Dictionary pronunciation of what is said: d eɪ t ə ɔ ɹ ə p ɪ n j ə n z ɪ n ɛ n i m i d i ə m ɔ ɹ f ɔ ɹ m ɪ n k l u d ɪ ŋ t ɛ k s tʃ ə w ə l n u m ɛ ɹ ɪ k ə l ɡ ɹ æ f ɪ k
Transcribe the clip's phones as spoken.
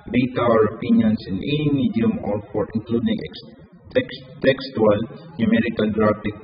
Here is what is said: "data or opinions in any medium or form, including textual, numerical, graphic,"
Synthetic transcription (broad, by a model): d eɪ t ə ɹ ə p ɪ n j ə n s ɪ n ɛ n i m i d i ə m ɔ ɹ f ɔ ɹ ɪ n k l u d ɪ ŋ t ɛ k s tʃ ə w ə l n u m ɛ ɹ ɪ k ə l ɡ ɹ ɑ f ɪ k